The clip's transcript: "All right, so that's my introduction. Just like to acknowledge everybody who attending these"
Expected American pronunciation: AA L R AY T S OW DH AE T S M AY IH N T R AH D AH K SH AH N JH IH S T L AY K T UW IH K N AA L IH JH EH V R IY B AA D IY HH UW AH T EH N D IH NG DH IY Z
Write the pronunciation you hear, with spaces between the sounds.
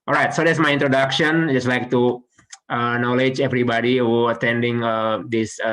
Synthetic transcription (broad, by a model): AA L R AY T S OW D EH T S M AY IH N T R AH D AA K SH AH N JH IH S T L AY K T UW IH N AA L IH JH EH V R IY B AA D IY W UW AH T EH N D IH NG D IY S